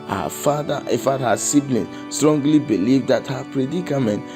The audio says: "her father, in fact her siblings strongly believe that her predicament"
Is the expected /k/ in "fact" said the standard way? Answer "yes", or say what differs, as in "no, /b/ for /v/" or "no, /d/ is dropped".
no, /k/ is dropped